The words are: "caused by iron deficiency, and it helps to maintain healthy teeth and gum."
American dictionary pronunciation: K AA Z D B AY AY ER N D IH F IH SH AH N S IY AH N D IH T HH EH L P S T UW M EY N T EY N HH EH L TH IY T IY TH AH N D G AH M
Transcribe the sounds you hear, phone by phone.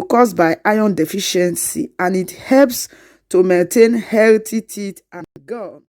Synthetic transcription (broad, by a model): K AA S B AY AY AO N D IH F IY SH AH N S IY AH N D IH T HH EH L P S T UW M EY N T EY N HH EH L T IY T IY T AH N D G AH